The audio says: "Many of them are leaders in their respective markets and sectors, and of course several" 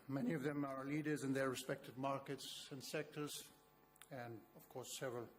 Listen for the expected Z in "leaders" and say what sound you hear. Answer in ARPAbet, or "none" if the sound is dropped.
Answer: Z